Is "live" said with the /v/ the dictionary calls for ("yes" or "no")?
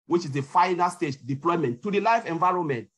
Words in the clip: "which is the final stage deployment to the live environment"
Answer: no